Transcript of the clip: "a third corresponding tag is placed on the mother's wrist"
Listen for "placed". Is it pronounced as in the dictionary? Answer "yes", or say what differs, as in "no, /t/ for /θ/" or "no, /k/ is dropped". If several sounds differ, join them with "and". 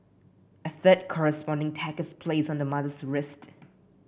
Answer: no, /t/ is dropped